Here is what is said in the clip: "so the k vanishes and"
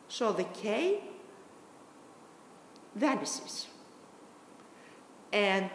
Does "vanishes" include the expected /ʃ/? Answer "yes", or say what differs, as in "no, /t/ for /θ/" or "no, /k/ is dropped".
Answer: no, /s/ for /ʃ/